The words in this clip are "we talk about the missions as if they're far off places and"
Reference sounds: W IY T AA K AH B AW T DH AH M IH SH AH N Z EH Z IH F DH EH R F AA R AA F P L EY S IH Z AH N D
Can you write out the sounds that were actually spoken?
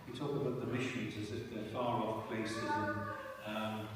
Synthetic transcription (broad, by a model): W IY T AA K AH B AW T DH AH M IH SH AH N Z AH Z IH F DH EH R F AA R AA F P L EY S IH Z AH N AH